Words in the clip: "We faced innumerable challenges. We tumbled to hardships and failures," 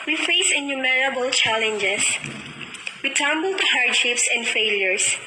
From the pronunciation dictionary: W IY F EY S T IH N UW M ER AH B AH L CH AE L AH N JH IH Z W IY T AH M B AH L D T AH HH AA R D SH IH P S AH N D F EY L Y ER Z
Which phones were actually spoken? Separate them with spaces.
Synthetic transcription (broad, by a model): W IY F EY S IH N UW M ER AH B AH L CH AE L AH N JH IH S W IY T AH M B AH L T AH HH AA R D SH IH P S AH N D F EY L Y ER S